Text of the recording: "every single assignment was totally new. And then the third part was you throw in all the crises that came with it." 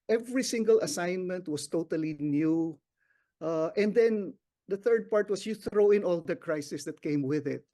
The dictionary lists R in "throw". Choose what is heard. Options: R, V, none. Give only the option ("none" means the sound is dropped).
R